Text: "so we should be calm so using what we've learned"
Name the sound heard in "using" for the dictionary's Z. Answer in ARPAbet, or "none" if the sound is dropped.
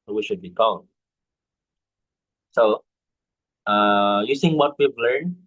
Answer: S